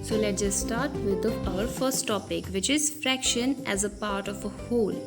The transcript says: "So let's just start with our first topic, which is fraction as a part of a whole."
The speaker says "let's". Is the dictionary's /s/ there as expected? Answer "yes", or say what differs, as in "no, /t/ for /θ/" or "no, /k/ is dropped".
no, /s/ is dropped